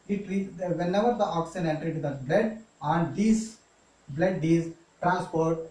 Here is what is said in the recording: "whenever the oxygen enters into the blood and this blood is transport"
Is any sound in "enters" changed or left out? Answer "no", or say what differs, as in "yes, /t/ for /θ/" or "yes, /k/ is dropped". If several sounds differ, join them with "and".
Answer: yes, /z/ is dropped